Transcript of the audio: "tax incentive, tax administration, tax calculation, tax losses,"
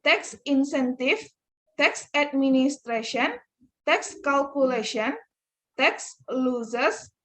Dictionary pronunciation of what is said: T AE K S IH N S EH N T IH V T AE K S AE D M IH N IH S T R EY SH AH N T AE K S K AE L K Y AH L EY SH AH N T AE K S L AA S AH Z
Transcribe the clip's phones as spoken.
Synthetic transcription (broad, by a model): T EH K S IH N S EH N T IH F T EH K S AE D M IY N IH S T R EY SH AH N T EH K S K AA L K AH L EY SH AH N T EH K S L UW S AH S